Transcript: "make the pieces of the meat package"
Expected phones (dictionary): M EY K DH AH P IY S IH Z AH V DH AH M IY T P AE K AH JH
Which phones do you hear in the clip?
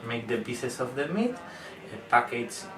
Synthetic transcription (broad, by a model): M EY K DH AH B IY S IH S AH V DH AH M IY T P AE K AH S